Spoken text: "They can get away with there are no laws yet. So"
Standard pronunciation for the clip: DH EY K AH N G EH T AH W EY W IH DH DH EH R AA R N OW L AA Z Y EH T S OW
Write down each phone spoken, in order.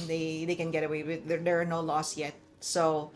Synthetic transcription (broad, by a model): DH EY K AH N G EH T AH W EY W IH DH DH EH R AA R N OW L AA S Y EH T S OW